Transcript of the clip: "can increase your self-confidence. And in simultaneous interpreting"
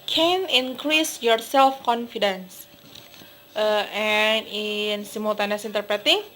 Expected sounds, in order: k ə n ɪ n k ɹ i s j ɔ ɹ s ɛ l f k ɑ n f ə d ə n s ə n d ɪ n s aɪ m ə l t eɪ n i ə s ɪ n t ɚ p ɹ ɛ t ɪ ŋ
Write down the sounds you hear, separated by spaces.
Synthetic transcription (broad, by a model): k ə n ɪ n k ɹ i s j ɔ ɹ s ɛ l f k ɑ n f ə d ə n s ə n ɪ n s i m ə l t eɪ n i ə s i n t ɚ p ɹ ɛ t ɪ ŋ